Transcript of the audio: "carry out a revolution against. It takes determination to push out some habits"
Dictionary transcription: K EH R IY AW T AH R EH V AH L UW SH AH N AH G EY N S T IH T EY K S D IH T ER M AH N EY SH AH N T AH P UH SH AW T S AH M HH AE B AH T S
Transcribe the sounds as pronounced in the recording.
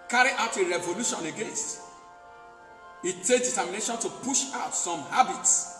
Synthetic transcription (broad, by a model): K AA R IY AW T AH R EH V AH L UW SH AH N AH G EY N S T IH T EY K D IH T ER M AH N EY SH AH N T AH P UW SH AW T S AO M HH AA B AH T S